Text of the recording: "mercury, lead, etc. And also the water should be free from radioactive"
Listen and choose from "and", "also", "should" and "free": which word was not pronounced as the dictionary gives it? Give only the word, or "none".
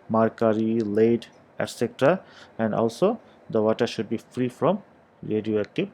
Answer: none